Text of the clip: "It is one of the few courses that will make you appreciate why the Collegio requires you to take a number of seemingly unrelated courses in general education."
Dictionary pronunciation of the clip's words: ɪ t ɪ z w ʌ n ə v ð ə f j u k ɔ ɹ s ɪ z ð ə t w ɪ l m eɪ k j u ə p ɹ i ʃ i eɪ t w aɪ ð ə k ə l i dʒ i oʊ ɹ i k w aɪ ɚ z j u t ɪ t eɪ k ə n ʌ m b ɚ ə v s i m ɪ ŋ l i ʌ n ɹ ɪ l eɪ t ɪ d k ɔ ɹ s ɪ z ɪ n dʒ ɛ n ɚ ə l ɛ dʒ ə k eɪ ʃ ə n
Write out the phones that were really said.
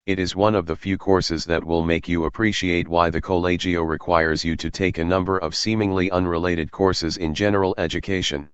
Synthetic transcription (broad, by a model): ɪ t ɪ z w ʌ n ə v ð ə f j u k ɔ ɹ s ɪ z ð ə t w ɪ l m eɪ k j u ə p ɹ i ʃ i eɪ t w aɪ ð ə k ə l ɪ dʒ i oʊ ɹ i k w aɪ ɚ z j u t ɪ t eɪ k ə n ʌ m b ɚ ə v s i m ɪ ŋ l i ʌ n ɹ ɪ l eɪ t ɪ d k ɔ ɹ s ɪ z ɪ n dʒ ɛ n ɚ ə l ɛ dʒ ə k eɪ ʃ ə n